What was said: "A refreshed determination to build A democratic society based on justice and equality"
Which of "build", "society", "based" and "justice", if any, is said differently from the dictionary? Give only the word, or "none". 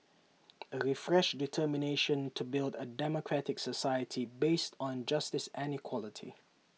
none